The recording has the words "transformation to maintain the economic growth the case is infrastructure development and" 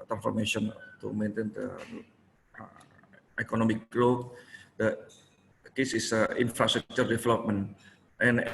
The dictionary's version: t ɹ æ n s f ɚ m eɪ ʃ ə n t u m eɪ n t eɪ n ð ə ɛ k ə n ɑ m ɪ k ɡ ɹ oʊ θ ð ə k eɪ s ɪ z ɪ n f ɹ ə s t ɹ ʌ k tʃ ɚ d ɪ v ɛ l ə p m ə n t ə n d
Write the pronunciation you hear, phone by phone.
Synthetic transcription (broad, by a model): t ɹ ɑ n s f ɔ m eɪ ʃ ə n t u m eɪ n t eɪ n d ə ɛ k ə n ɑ m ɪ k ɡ l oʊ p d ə k eɪ s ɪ s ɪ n f ɹ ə s t ɹ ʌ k tʃ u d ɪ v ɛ l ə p m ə n t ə n